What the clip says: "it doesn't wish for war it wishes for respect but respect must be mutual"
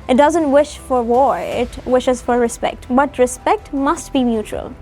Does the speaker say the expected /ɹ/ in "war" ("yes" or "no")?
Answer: yes